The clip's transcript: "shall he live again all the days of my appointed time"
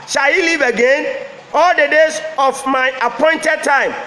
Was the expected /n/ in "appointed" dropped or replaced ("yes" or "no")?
no